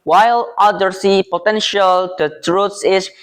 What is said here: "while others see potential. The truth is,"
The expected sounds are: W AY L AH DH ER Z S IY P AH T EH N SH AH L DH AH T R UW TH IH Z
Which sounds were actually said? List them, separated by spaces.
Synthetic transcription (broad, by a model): W AY L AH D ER S IY P AH T EH N SH AH L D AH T R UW S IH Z